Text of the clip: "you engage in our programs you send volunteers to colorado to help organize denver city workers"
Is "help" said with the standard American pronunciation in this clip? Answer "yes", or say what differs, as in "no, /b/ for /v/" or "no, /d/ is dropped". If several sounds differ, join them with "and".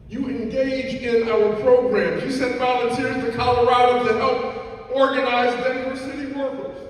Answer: yes